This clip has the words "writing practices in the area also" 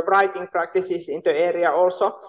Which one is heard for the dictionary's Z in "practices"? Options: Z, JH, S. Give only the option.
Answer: S